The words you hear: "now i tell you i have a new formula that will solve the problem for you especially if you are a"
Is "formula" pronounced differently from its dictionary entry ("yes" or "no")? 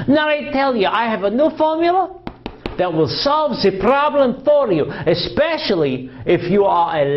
no